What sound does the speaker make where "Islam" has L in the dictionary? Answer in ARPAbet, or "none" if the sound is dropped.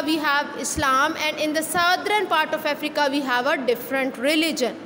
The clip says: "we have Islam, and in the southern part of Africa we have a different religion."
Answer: L